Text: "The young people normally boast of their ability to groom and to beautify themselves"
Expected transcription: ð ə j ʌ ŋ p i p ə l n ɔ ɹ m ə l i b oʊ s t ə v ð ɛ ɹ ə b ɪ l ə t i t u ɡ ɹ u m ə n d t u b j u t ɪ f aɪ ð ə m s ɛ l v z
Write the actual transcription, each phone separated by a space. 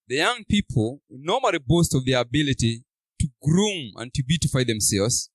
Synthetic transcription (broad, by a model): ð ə j ʌ ŋ p i p ə l n ɔ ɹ m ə l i b oʊ s t ə v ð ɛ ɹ ə b ɪ l ə t i t u ɡ ɹ u m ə n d t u b j u t ɪ f aɪ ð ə m s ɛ l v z